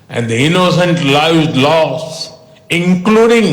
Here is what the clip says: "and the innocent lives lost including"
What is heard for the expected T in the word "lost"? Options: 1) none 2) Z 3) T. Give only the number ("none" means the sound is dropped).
1